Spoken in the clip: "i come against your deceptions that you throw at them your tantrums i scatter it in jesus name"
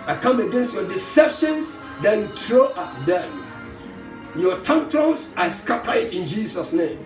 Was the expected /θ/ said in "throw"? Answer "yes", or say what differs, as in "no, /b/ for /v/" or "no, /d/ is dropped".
no, /t/ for /θ/